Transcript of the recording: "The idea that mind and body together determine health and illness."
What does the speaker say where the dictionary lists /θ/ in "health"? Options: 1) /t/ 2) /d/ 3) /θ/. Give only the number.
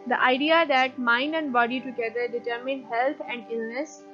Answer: 1